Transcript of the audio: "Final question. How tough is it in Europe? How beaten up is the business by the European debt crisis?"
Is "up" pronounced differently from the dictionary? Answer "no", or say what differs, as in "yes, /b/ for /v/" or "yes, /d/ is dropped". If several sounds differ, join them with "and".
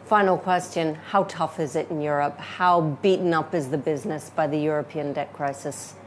no